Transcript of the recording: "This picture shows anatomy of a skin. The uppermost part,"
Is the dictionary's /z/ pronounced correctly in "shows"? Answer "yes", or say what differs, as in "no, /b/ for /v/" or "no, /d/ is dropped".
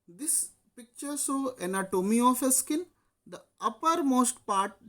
no, /z/ is dropped